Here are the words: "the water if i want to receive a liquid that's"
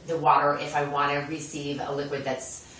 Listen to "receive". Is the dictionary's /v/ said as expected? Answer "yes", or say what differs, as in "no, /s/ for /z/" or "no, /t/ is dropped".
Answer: yes